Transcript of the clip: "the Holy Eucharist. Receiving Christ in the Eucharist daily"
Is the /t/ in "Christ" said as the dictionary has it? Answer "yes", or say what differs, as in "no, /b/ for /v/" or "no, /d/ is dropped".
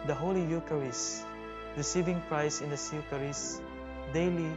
no, /t/ is dropped